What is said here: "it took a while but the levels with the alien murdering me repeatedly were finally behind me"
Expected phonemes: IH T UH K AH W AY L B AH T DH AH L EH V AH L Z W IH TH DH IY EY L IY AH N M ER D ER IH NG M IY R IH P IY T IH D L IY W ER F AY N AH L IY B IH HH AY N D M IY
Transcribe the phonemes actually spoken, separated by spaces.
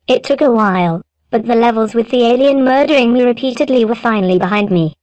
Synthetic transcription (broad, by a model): IH T UH K AH W AY L B AH T DH AH L EH V AH L Z W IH DH IY EY L IY AH N M ER D ER IH NG M IY R IH P IY T IH D L IY W ER F AY N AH L IY B IH HH AY N D M IY